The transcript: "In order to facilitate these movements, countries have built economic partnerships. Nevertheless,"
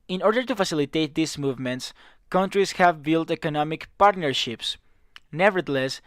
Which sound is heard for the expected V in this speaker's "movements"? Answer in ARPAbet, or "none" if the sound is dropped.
V